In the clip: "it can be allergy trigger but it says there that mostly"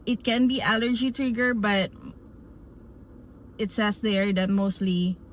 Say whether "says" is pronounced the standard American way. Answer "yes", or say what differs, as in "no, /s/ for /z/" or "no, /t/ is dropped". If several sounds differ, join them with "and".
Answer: no, /s/ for /z/